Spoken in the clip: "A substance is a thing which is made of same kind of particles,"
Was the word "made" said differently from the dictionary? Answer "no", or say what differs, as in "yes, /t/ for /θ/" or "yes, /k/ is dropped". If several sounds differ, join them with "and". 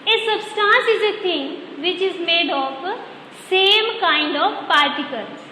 no